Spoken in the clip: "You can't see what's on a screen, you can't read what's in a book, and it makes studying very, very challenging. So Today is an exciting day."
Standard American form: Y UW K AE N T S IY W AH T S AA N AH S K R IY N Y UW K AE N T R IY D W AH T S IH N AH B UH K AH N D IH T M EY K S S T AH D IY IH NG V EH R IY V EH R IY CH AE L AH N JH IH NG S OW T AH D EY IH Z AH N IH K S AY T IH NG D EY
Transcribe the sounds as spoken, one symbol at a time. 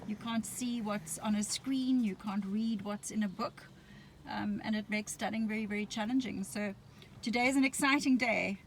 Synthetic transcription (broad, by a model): Y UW K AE N T S IY W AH T S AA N AH S K R IY N Y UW K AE N T R IY D W AH T S IH N AH B UH K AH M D IH T M EY K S S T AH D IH NG V EH R IY V EH R IY CH AE L AH N JH IH NG S OW T AH D EY IH Z AH N IH K S AY T IH NG D EY